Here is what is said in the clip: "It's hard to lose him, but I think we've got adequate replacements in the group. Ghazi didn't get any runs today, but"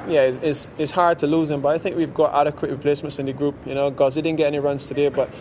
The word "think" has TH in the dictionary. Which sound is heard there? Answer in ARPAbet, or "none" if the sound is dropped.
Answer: TH